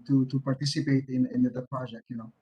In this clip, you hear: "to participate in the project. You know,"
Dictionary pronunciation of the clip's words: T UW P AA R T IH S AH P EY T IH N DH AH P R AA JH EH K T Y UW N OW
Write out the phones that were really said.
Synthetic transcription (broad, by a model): T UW P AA R T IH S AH P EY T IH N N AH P AA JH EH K Y UW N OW